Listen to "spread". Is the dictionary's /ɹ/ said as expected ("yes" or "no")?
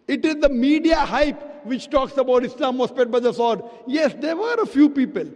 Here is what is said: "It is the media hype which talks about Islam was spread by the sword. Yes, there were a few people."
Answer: no